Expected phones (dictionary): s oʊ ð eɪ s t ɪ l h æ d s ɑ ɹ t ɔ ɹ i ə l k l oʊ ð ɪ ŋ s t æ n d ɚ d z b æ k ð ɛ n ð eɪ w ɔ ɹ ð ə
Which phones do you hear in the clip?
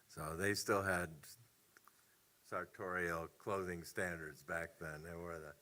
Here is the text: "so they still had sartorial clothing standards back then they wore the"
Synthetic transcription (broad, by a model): s oʊ ð eɪ s t ɪ l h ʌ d s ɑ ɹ t ɔ ɹ i l k l oʊ ð ɪ ŋ s t æ n d ɚ d z b æ k ð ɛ n ð eɪ w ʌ ɹ ð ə